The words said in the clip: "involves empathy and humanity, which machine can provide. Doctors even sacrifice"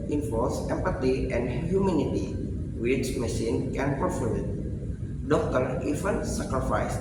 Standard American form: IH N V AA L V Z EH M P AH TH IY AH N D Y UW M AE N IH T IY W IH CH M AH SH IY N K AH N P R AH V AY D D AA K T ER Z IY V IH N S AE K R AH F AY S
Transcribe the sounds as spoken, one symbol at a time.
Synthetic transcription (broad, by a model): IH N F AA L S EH M P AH T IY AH N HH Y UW M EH N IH T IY W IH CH M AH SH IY N K AH N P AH F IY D D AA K T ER IY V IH N S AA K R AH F AY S